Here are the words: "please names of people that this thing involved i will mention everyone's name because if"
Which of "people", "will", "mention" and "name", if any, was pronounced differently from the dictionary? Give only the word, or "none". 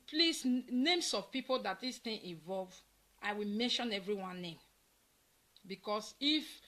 none